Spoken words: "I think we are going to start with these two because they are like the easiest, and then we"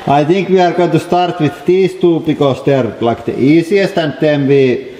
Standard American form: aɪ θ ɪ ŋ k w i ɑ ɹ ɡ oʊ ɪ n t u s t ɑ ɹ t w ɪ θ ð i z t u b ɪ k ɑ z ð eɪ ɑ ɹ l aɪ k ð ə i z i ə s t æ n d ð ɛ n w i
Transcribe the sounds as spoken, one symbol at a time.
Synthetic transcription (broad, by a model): aɪ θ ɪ ŋ k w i ɑ ɹ ɡ oʊ ɪ n t u s t ɑ ɹ t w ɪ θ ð i s t u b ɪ k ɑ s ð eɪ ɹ l aɪ k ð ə i s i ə s t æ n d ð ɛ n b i